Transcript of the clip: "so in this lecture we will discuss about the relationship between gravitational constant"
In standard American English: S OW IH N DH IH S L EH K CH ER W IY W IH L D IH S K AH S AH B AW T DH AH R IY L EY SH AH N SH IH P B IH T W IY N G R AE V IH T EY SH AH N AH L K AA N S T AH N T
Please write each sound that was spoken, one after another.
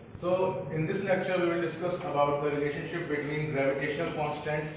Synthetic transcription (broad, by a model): S OW IH N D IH S N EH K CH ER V IY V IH L D IH S K AH S AH B AW T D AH R IY L EY SH AH N SH IH P B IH T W IY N G R AE V IH T EY SH AH N AH L K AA N S T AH N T